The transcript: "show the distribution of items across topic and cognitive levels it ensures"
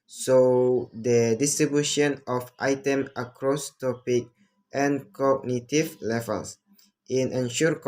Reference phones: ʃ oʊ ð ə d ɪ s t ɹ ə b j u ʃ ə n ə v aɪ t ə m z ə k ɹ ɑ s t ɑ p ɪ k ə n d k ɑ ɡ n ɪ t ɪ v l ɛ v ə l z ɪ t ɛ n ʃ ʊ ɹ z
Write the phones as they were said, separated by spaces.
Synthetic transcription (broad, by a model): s oʊ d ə d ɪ s t ɹ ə b j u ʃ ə n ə f aɪ t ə m ə k ɹ ɑ s t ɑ p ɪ k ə n k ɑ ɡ n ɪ t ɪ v l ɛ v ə l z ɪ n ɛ n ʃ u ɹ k